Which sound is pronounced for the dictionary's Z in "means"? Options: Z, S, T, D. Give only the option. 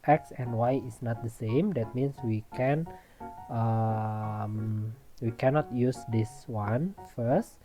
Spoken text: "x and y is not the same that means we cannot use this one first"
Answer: S